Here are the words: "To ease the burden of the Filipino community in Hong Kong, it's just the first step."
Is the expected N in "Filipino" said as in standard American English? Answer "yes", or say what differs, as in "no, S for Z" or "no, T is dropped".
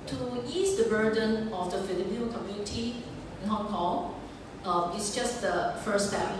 no, N is dropped